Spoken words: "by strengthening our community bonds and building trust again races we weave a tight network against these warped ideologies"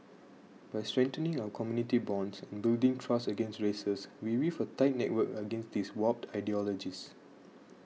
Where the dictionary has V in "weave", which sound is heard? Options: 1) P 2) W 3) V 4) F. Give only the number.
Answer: 4